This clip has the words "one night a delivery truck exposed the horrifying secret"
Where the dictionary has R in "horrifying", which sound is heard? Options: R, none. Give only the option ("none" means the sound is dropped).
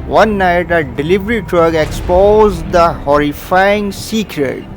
R